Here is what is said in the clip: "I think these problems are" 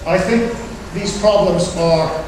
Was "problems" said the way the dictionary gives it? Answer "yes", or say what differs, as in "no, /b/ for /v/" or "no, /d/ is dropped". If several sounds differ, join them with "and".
yes